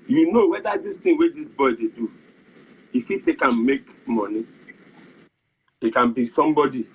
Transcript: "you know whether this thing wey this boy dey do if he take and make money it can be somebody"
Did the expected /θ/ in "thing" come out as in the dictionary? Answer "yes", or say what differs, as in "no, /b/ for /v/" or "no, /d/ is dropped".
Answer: no, /t/ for /θ/